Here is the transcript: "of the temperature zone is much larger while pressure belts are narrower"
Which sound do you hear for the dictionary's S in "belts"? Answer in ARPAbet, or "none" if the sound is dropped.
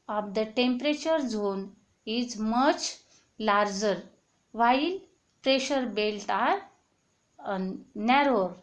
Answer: none